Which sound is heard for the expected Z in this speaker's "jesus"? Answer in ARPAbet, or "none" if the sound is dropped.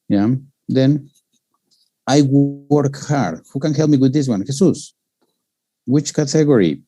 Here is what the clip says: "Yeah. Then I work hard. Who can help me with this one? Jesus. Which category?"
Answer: S